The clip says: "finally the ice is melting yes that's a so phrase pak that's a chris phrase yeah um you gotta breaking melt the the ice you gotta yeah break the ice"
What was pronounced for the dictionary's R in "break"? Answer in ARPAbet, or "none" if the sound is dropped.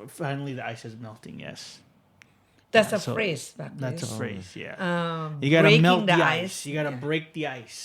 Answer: R